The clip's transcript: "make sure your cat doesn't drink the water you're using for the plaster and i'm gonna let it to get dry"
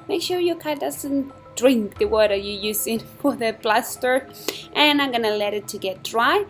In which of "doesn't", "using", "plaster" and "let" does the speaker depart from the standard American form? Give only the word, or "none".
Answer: plaster